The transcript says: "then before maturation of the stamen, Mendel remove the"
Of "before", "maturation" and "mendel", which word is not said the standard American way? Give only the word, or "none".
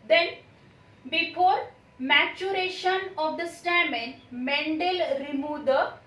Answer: none